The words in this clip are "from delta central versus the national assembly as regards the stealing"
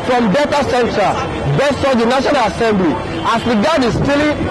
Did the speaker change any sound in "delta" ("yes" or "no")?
yes